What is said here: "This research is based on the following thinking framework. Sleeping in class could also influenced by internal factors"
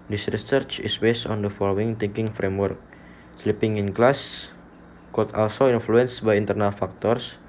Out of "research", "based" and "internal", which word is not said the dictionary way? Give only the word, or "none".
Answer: none